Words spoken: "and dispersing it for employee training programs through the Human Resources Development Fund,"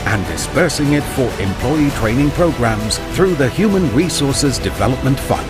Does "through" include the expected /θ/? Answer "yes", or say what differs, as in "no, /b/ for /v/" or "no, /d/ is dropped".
yes